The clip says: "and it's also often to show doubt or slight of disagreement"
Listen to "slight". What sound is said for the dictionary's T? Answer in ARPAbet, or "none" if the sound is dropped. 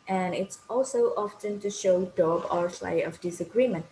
none